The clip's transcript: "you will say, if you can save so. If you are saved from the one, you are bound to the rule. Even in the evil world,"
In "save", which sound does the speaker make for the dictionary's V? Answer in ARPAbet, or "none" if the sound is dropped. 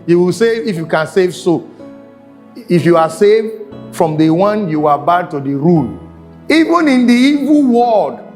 V